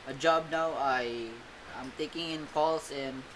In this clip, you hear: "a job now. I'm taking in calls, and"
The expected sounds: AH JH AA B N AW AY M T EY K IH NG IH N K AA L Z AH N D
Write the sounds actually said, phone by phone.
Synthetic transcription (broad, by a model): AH JH AA B N AW AY M T EY K IH NG IH N K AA L S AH N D